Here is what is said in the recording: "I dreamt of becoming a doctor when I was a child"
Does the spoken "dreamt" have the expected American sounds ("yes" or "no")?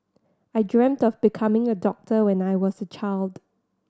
yes